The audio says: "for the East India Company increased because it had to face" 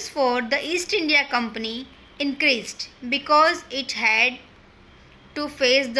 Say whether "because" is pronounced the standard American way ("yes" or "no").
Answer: yes